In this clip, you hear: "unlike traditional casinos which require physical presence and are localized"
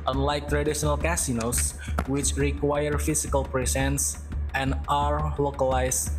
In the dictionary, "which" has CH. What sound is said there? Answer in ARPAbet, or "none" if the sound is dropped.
CH